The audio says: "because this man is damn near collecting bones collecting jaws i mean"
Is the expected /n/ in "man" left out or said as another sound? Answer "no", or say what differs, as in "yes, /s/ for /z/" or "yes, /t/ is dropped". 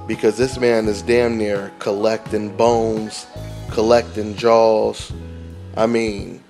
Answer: no